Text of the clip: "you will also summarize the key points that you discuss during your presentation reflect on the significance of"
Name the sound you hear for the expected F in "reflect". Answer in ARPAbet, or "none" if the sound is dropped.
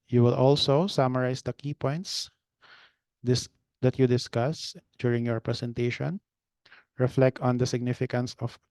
F